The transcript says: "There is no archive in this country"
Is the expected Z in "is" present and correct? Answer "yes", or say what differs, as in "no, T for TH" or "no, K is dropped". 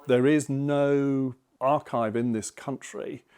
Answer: yes